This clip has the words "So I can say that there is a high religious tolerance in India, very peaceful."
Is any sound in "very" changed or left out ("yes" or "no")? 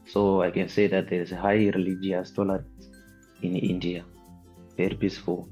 yes